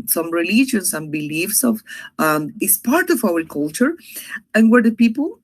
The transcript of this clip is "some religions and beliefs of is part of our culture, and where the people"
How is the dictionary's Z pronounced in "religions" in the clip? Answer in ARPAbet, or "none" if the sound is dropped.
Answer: S